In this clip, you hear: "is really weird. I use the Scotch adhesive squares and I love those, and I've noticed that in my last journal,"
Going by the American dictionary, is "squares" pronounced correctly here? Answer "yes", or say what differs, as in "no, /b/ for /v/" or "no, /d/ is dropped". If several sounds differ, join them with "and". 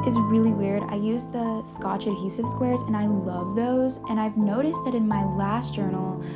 yes